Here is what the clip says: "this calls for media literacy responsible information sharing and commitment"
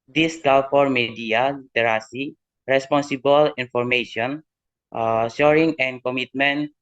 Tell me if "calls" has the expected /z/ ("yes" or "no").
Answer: no